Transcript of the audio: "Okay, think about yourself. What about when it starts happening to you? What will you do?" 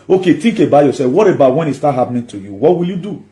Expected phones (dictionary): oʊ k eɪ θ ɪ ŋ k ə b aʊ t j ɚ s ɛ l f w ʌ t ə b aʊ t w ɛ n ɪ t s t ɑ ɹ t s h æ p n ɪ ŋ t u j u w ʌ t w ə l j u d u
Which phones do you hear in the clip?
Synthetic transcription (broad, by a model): oʊ k eɪ t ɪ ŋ k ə b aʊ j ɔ s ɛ w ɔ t ə b aʊ t w ɛ n ɪ t s t ɑ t h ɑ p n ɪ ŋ t u j u w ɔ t w ə l j u d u